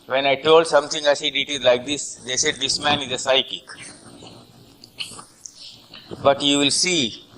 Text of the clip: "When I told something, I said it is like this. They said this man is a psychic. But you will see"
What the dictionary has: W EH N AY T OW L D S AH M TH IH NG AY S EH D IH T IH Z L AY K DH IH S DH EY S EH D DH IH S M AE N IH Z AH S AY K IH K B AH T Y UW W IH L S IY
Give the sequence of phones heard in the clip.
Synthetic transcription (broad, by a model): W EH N AY T OW L D S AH M T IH NG AY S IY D IH T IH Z L AY K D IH S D EY S EH D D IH S M AE N IH Z AH S AY K IH K B AH T Y UW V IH L S IY